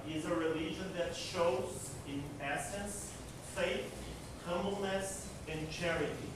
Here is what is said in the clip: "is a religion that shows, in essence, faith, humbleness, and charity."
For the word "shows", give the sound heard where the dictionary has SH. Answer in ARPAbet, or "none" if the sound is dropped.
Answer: SH